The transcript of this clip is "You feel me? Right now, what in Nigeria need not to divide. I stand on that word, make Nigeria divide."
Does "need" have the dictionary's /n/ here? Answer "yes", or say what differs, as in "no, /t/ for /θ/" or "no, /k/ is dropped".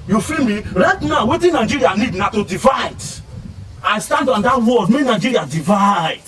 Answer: yes